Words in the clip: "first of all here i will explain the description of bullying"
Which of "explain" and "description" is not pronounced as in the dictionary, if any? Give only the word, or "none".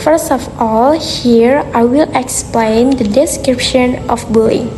none